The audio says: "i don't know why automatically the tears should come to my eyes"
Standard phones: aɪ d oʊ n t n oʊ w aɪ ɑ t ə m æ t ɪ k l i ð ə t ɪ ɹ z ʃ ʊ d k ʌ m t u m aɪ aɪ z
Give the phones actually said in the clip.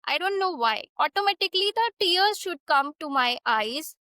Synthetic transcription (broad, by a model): aɪ d oʊ n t n oʊ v aɪ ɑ t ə m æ t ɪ k l i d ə t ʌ ɹ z ʃ ʊ d k ʌ m t u m aɪ aɪ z